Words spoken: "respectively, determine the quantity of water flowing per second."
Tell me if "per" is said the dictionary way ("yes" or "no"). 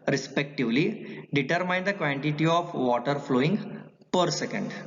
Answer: yes